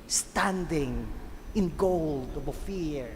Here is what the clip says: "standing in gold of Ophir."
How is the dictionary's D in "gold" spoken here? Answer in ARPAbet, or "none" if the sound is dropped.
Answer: D